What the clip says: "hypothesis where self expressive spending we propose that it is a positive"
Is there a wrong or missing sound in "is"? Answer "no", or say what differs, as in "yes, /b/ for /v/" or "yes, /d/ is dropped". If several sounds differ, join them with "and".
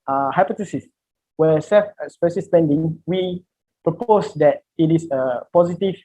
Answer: yes, /s/ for /z/